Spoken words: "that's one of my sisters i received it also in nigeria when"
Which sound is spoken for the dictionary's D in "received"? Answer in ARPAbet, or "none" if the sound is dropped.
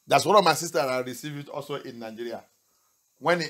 none